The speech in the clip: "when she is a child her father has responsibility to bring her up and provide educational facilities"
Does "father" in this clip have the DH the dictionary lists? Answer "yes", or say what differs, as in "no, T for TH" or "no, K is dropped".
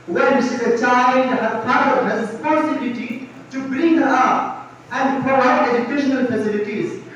no, DH is dropped